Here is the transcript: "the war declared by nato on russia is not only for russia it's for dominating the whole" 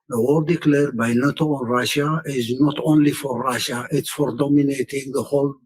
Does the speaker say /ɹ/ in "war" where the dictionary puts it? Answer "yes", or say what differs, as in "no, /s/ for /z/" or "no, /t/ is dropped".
no, /l/ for /ɹ/